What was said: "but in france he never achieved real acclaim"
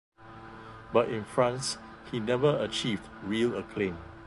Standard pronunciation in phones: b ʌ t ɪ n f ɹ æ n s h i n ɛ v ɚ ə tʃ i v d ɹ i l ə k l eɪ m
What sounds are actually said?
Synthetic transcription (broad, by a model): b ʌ t ɪ n f ɹ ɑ n s h i n ɛ v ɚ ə tʃ i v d ɹ i l ə k l eɪ m